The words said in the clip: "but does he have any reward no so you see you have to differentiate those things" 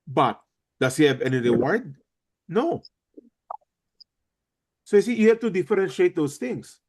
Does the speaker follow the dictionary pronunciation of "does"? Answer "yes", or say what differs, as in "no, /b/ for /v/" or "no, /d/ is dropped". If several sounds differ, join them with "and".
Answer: no, /s/ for /z/